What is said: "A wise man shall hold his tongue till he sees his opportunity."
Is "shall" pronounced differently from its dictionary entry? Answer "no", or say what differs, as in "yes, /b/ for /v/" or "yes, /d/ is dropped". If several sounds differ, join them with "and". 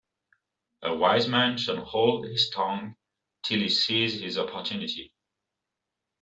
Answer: yes, /n/ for /l/